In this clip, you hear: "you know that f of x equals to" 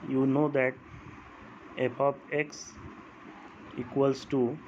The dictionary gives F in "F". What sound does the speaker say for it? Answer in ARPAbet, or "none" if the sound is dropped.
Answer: P